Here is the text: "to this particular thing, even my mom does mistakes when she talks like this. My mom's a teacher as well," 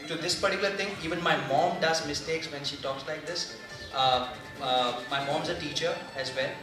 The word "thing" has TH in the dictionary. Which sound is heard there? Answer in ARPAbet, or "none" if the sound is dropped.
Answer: T